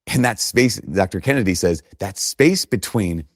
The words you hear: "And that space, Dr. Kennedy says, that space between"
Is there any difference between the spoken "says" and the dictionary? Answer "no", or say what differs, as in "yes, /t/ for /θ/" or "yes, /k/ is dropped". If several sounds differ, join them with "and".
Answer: no